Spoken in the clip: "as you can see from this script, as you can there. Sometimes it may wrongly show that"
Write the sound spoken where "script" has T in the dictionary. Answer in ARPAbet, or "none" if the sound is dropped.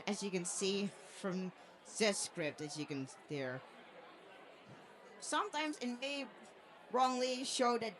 T